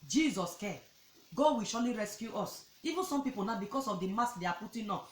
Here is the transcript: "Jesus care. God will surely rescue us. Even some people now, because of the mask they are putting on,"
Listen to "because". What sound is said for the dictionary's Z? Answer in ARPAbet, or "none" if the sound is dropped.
S